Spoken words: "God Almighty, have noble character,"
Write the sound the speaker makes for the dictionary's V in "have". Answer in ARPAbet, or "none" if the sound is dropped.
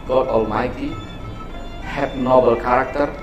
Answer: P